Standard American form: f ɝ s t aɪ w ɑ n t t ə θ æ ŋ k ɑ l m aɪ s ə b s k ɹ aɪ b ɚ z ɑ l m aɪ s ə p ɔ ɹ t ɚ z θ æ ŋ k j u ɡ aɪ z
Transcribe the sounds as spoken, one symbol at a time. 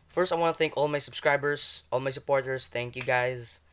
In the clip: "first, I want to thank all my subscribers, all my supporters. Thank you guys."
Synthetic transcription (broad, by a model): f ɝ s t aɪ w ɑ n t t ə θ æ ŋ k ɑ l m aɪ s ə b s k ɹ aɪ b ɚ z ɑ l m aɪ s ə p ɔ ɹ t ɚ s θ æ ŋ k j u ɡ aɪ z